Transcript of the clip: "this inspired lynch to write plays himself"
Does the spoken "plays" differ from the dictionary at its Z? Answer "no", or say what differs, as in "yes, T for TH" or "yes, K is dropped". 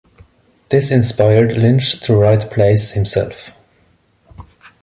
yes, S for Z